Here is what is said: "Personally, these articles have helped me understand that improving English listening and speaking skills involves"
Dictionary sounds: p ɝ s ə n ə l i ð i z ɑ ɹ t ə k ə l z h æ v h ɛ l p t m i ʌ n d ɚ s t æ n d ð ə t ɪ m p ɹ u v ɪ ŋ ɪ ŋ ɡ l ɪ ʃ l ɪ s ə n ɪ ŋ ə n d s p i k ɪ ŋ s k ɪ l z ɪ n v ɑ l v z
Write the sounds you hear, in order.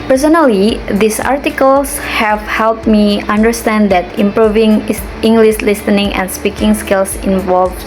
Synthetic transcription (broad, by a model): p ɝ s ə n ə l i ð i s ɑ ɹ t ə k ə l s h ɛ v h ɛ l p t m i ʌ n d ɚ s t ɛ n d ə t ɪ m p ɹ u v ɪ ŋ ɪ ŋ ɡ l ɪ ʃ l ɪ s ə n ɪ ŋ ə n s p i k ɪ ŋ s k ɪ l s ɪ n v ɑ l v